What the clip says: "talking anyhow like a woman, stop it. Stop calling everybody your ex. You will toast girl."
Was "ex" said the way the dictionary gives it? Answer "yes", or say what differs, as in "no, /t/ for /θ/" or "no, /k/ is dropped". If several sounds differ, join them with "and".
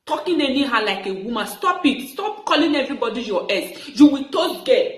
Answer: no, /k/ is dropped